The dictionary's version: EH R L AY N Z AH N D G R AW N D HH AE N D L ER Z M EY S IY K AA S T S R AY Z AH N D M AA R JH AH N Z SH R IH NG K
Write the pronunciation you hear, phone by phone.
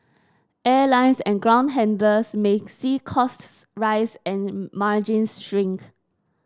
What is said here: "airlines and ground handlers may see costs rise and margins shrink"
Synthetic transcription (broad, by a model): EH L AY N S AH N G R AW N D HH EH N D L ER S M EY S IY K AA S T S R AY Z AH N M AA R JH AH N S SH R IH NG K